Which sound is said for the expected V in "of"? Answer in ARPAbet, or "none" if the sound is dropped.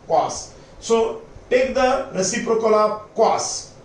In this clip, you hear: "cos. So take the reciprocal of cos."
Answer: P